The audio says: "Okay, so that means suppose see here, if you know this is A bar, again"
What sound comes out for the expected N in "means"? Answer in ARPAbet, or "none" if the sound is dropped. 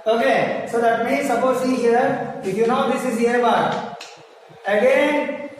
none